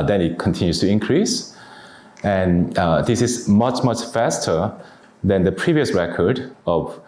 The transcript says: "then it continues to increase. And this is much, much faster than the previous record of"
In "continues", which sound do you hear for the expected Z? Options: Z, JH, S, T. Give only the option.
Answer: S